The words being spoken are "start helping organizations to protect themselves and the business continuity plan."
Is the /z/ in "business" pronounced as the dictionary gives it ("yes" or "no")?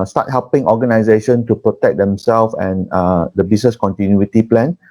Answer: no